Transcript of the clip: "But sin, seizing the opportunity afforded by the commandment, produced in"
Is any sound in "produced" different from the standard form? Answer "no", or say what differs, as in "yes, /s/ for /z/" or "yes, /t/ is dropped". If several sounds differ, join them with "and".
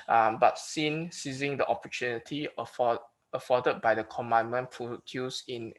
yes, /t/ is dropped